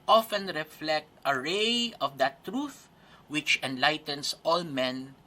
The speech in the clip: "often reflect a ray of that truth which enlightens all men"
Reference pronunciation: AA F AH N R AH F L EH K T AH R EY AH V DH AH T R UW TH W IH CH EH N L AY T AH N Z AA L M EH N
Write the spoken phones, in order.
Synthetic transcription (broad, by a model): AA F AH N R AH F L EH K T AH R EY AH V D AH T R UW TH W IH CH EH N L AY T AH N S AA L M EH N